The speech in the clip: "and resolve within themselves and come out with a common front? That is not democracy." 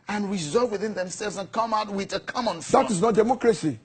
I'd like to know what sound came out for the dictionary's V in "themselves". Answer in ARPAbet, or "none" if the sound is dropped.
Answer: V